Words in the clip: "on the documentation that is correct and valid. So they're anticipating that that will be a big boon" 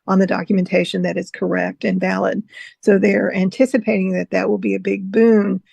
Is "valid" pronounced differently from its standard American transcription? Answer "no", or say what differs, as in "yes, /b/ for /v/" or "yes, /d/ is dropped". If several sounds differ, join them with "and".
no